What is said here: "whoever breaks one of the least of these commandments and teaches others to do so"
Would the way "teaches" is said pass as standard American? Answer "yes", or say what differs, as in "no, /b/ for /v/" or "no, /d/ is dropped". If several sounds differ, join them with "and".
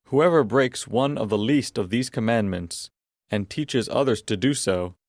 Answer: yes